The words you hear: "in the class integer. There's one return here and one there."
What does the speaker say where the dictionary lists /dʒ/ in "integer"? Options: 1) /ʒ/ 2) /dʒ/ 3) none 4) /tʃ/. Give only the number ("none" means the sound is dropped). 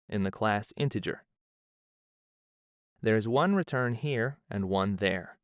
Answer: 2